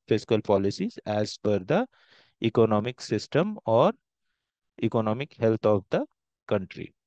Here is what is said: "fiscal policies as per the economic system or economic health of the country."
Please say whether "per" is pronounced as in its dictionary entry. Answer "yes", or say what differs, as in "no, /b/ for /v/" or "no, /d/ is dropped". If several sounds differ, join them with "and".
no, /f/ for /p/